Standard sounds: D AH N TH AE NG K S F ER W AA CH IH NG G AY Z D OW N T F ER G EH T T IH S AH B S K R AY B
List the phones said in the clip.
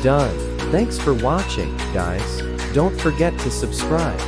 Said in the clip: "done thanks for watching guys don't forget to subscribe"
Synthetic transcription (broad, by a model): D AH N TH AE NG K S F ER W AA CH IH NG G AY S D OW N T F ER G EH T T IH S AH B S K R AY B